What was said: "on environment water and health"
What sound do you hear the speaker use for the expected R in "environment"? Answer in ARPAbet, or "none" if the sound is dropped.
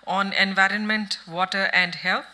R